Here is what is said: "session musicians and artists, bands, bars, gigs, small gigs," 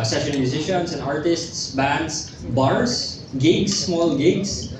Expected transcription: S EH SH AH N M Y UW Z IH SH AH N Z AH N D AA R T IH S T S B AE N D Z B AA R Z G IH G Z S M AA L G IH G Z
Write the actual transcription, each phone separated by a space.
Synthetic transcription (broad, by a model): S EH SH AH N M Y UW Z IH SH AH N S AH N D AA R T IH S T S B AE N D S B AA R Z G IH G S M AA L G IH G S